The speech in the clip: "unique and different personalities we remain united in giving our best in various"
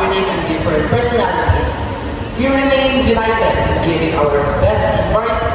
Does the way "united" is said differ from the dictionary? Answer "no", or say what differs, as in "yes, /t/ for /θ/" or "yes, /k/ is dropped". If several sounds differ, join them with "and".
yes, /l/ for /n/